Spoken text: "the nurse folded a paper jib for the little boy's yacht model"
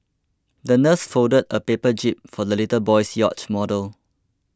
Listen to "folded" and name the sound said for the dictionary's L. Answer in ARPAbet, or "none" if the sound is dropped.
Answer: none